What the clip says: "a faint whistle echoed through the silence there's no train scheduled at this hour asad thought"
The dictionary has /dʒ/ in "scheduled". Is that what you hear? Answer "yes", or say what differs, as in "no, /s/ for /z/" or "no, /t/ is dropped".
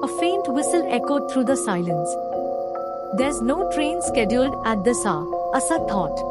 yes